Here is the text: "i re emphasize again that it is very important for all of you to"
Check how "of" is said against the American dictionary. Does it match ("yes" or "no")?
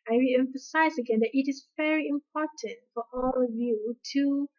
yes